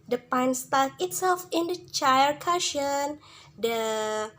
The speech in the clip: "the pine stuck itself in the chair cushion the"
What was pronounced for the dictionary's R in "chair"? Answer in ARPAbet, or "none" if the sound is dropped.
L